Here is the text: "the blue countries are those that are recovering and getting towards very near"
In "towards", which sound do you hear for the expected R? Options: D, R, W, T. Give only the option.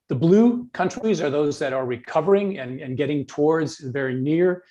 R